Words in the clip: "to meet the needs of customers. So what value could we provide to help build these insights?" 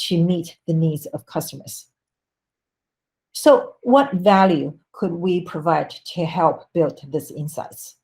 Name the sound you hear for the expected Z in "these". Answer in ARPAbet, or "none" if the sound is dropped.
S